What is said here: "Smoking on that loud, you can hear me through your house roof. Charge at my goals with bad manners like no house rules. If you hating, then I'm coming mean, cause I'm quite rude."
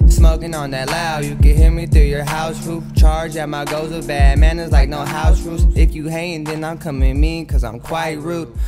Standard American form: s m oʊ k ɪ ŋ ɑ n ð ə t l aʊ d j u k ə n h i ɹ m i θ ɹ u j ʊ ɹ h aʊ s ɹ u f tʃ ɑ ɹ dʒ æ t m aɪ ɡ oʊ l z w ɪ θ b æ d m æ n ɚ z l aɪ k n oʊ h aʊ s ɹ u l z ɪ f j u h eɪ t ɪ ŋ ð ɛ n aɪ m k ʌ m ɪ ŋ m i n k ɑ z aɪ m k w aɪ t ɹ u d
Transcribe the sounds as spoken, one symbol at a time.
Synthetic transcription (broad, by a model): s m oʊ k ɪ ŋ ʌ n ð ə t l aʊ j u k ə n h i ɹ m i θ ɹ u j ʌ ɹ h aʊ s ɹ u f tʃ ɑ ɹ dʒ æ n m aɪ ɡ oʊ z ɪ b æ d m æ n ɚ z l aɪ k n oʊ h aʊ s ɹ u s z ɪ f j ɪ h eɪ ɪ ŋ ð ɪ n aɪ m k ʌ m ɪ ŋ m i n k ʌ z aɪ m k w aɪ t ɹ u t